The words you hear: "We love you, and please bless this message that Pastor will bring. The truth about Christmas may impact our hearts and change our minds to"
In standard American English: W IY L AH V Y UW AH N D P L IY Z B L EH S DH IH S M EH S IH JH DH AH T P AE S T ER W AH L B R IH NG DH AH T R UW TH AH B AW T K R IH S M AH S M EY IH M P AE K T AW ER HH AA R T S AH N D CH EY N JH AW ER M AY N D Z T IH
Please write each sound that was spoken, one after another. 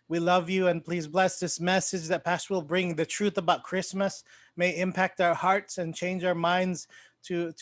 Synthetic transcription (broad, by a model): W IY L AH V Y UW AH N P L IY Z B L EH S DH IH S M EH S IH JH DH AH T P AE S T ER W AH L B R IH NG DH AH T R UW TH AH B AW T K R IH S M AH S M EY IH M P AE K T AW ER HH AA R T S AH N CH EY N JH AW ER M AY N D Z T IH